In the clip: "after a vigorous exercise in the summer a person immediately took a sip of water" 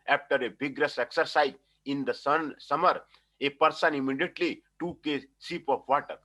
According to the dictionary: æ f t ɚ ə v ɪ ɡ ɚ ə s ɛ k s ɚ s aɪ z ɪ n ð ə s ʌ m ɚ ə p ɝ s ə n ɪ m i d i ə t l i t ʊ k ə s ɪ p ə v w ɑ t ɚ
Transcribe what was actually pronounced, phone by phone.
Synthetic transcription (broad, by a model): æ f t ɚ ə b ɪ ɡ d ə s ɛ k s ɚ s aɪ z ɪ n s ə s ʌ m ɚ ə p ɝ s ə n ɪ m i d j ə t l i t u k ə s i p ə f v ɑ t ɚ